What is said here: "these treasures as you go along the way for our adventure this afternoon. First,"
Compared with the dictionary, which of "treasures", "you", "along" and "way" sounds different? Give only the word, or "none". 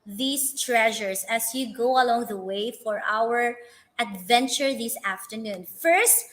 treasures